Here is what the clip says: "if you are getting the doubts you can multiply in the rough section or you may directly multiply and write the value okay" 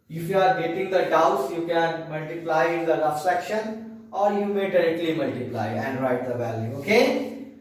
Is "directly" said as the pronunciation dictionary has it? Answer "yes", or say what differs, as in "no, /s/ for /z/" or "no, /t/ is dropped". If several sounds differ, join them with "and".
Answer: yes